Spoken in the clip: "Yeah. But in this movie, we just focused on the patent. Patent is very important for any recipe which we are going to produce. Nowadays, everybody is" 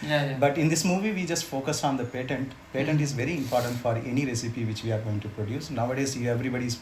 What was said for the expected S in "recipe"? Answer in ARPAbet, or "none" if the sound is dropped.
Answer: S